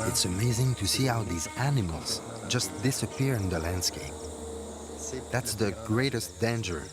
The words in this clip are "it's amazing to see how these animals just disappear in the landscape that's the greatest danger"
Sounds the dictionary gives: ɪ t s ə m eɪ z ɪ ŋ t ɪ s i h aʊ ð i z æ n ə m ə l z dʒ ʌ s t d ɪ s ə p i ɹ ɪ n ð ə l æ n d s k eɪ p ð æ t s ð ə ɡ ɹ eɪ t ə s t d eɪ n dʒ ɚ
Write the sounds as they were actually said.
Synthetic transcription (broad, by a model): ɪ t s ə m eɪ z ɪ ŋ t ɪ s i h aʊ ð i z æ n ə m ə l z dʒ ʌ s t d ɪ s ə p i ɹ ɪ n ð ə l æ n d s k eɪ p ð æ t s ð ə ɡ ɹ eɪ t ə s t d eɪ n dʒ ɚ